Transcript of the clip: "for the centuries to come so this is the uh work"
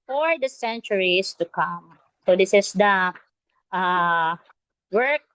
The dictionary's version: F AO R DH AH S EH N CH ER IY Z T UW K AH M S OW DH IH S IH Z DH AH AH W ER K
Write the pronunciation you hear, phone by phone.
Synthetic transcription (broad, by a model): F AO R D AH S EH N CH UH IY S T UW K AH M S OW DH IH S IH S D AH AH W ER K